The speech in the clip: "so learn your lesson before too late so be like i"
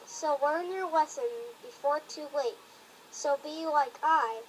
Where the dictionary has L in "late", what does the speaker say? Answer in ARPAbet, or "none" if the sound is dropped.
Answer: W